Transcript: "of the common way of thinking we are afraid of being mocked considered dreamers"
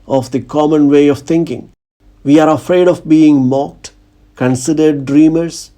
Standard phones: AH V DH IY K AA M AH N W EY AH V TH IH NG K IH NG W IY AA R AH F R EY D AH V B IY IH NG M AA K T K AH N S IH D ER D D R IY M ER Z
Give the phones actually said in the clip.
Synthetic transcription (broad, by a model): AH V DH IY K AA M AH N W EY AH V T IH NG K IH NG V IY AA R AH F R EY D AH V B IY IH NG M AA K T K AH N S IH D ER D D R IY M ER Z